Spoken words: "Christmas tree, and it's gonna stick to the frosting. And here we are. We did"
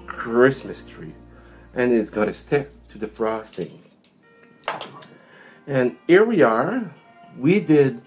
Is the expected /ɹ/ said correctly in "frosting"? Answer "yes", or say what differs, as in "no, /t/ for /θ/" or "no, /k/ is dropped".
yes